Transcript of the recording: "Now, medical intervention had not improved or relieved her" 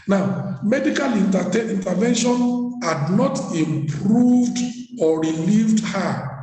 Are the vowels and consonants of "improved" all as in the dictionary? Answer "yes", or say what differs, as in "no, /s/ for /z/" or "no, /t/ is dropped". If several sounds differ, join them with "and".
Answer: yes